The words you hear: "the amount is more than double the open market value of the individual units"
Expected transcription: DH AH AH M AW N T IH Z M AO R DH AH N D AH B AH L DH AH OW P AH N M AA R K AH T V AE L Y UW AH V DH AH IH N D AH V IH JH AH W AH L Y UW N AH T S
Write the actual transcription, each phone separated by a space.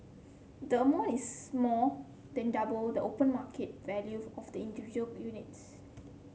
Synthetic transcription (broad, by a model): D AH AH M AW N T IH S M AO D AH N D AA B AH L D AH OW P AH N M AA K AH T V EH L Y UW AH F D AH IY N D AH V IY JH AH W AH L Y UW N AH T S